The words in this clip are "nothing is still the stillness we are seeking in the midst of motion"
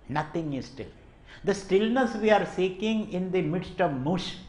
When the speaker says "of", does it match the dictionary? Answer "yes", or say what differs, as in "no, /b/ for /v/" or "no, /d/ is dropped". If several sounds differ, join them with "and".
yes